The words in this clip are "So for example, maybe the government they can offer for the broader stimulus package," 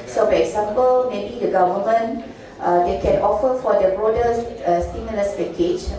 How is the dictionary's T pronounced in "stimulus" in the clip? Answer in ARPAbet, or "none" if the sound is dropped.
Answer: S